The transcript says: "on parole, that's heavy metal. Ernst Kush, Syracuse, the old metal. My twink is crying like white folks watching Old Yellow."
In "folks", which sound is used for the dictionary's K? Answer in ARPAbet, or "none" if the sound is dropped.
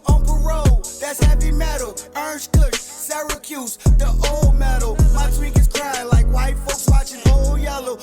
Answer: K